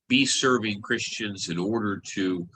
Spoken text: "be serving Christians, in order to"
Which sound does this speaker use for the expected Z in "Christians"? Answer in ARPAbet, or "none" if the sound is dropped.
Z